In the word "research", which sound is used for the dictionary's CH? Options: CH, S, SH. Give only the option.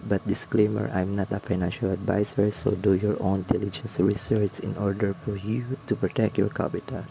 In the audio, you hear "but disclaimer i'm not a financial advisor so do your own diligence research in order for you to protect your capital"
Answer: S